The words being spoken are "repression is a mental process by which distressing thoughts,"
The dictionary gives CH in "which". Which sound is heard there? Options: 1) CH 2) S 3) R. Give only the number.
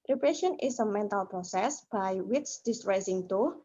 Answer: 2